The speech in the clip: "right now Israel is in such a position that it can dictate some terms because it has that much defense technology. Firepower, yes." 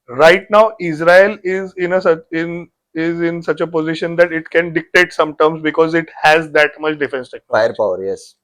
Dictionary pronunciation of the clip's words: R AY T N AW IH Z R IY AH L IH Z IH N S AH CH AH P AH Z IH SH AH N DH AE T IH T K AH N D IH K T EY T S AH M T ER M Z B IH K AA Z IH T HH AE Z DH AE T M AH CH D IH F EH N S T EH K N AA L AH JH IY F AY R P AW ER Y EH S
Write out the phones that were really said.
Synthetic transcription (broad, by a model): R AY T N AW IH Z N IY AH N IH Z IH N S AH CH AH P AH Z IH SH AH N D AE T IH T K AH N D IH K T EY T S AH M T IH M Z B IH K AA Z IH T HH AE Z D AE T M AH CH D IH F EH N S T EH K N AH IY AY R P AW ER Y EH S